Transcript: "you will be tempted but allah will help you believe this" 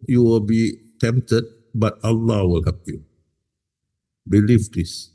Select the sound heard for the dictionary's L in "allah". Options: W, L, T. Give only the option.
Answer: L